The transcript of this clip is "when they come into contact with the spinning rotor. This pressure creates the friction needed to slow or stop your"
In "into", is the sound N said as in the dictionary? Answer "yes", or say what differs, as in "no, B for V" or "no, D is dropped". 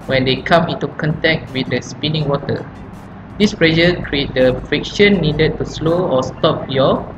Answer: yes